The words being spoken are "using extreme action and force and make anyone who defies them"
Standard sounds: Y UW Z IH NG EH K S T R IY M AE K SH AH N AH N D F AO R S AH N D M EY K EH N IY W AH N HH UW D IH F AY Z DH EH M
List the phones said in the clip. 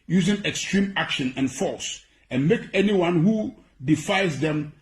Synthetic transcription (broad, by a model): Y UW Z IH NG EH K S T R IY M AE K SH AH N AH N F AO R S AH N M EY K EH N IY W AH N HH UW D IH F AY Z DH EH M